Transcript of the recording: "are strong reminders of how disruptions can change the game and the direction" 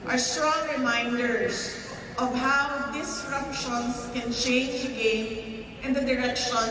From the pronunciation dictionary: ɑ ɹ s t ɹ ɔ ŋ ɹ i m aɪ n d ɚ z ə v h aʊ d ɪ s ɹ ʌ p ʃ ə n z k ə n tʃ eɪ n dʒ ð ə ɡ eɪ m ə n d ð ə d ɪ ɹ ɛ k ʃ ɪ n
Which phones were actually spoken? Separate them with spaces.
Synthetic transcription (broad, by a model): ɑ ɹ s t ɹ ɔ ŋ ɹ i m aɪ n d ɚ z ə v h aʊ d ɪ s ɹ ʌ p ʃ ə n s k ə n tʃ eɪ n dʒ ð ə ɡ eɪ m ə n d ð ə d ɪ ɹ ɛ k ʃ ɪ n